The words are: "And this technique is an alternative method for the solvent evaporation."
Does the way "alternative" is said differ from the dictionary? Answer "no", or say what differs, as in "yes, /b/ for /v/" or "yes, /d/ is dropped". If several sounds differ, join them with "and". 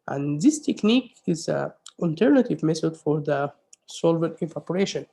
no